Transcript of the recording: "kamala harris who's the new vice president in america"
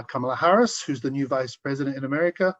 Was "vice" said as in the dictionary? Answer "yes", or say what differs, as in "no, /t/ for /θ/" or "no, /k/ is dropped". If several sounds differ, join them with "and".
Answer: yes